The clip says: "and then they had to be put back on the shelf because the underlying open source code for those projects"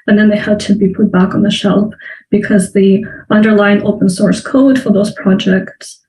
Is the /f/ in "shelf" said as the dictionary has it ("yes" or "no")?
no